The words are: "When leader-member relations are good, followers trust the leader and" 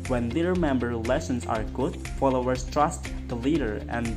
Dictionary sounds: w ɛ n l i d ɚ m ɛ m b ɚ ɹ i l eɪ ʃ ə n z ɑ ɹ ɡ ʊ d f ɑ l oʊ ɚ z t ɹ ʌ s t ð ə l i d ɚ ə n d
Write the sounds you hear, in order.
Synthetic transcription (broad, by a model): w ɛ n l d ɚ m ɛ m b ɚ ɹ l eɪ s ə n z ɑ ɹ ɡ ʊ d f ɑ l oʊ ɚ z t ɹ ʌ s t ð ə l i d ɚ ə n